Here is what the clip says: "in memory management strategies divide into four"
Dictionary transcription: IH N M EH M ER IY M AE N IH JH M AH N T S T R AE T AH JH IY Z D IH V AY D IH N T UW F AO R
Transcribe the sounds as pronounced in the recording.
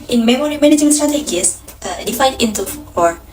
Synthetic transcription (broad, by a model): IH N M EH M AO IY M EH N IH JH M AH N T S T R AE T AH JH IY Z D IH F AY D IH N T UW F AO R